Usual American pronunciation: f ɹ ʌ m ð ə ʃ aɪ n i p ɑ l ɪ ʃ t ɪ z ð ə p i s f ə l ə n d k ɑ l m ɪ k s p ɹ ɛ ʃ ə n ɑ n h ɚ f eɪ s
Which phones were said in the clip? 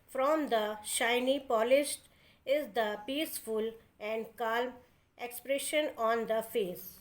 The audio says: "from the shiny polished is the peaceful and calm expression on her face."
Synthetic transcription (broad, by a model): f ɹ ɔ m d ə ʃ aɪ n i p ɑ l ɪ ʃ t ɪ z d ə p i s f ə l ə n d k ɑ l m ɪ k s p ɹ ɛ ʃ ə n ɑ n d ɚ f eɪ s